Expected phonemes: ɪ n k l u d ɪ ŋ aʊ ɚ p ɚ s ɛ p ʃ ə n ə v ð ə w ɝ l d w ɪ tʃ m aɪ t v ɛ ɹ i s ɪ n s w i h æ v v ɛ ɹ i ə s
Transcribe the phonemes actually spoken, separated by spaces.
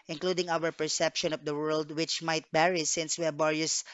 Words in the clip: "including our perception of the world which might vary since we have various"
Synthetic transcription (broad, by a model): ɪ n k l u d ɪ ŋ aʊ ɚ p ɚ s ɛ p ʃ ə n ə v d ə w ɝ l d w ɪ tʃ m aɪ t b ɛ ɹ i s ɪ n s w i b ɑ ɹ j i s